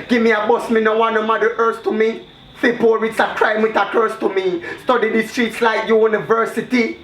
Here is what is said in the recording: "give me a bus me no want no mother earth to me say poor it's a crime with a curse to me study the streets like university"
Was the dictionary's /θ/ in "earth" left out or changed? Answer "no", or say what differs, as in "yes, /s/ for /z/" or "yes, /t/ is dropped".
yes, /s/ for /θ/